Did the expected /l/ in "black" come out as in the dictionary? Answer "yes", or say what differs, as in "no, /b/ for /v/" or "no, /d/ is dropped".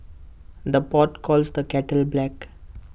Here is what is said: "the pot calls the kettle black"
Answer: yes